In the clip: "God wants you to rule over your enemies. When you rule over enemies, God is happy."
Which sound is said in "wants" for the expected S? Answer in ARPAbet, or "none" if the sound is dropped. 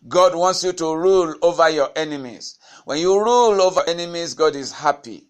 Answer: S